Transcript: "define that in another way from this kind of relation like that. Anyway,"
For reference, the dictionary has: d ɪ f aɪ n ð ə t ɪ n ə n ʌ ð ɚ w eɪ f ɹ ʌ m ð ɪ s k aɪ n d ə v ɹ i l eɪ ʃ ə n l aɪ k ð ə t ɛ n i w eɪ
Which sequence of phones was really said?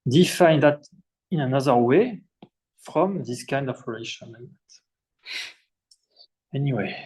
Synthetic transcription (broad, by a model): d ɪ f aɪ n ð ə t ɪ n ə n ʌ ð ɚ w eɪ f ɹ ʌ m ð ɪ s k aɪ n d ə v ɹ i l eɪ ʃ ə n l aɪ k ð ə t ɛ n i w eɪ